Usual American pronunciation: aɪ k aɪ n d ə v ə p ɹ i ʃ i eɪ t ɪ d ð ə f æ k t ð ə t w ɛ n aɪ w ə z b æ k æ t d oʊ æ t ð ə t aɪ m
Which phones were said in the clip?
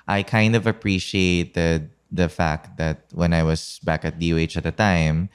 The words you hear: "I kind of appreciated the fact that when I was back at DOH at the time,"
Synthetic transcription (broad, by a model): aɪ k aɪ n d ə v ə p ɹ i ʃ i eɪ t ɪ d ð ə f æ k t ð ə t w ɛ n aɪ w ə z b æ k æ t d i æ t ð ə t aɪ m